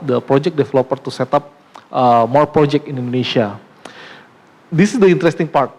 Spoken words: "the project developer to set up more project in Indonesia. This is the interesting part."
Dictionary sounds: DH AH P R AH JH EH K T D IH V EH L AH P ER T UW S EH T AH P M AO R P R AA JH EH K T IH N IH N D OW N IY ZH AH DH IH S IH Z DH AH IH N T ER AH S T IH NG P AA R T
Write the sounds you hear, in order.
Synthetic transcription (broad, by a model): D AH P R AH JH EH K D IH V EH L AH P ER T UW S EH T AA P M AO R P R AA JH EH K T IH N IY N D OW N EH SH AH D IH S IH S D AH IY N T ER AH S T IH NG P AA R T